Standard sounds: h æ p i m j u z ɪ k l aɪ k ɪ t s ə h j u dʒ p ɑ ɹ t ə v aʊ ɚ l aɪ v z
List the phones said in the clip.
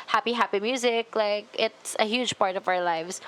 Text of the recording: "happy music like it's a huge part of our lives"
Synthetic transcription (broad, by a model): h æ p i m j u z ɪ k l aɪ k ɪ t s ə h j u dʒ p ɑ ɹ t ə v aʊ ɚ l aɪ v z